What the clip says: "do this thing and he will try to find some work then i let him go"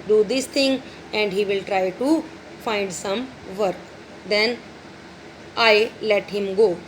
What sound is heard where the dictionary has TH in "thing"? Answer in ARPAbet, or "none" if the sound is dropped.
T